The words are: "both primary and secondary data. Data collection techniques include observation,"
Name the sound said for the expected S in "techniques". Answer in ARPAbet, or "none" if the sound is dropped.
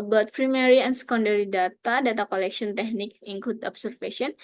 none